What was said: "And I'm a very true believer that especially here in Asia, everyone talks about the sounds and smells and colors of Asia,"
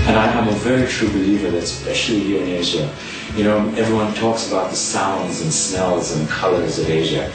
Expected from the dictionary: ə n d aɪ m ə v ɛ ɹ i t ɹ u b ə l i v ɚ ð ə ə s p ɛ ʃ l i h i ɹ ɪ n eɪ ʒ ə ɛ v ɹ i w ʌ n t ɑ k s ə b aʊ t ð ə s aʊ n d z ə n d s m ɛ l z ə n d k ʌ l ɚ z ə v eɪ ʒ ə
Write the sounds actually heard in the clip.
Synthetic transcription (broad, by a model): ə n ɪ aɪ m ə v ɛ ɹ i t ɹ u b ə l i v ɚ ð s p ɛ ʃ l i h i ɹ ɪ n eɪ ʒ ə ɛ v ɹ i w ʌ n t ɑ k s ə b aʊ t ð ə s aʊ n d z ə n s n ɛ l z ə n k ʌ l ɚ z ə v eɪ ʒ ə